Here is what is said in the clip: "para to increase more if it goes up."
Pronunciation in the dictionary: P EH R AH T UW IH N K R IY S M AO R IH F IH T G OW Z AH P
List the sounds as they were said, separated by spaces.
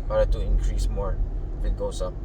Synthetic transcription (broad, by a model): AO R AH T UW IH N K R IY S M AO R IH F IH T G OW S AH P